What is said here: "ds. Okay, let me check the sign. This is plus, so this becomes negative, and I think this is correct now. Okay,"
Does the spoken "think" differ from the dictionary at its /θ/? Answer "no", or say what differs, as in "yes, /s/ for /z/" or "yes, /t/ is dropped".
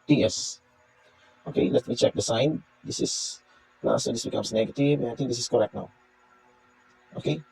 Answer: yes, /t/ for /θ/